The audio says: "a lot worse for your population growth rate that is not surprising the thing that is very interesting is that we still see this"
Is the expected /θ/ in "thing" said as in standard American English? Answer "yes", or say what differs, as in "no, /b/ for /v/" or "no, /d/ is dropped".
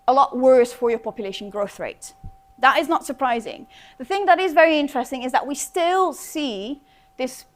yes